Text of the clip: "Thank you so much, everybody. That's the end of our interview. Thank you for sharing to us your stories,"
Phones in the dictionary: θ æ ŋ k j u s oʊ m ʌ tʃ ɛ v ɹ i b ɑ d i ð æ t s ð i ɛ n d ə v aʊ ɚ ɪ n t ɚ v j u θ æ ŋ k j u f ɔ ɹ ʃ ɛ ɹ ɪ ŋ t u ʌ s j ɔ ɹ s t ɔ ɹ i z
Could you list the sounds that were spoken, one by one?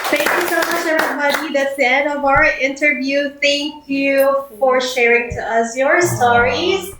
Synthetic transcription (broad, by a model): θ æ ŋ k j u s oʊ m ʌ tʃ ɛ ɹ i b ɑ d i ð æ t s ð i ɛ n d ə v aʊ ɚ ɪ n t ɚ v j u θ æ ŋ k j u f ɔ ɹ ʃ ɛ ɹ ɪ ŋ t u ʌ s j ɔ ɹ s t ɔ ɹ i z